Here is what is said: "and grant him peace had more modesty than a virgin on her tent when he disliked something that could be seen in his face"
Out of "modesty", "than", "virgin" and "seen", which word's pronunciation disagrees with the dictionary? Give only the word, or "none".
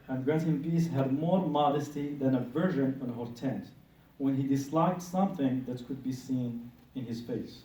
virgin